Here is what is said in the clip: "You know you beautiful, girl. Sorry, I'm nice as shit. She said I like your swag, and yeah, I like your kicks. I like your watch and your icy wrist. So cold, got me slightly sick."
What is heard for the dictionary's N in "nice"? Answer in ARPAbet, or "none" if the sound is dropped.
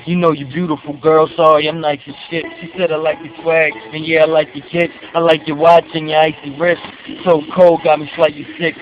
L